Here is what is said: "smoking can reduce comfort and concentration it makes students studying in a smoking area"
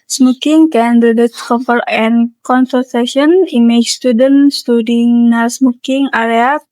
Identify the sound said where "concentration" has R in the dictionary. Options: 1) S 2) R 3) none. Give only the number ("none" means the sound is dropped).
3